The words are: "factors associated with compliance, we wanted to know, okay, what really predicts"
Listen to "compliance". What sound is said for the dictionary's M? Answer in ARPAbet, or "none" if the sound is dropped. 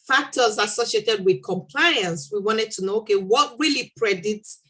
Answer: M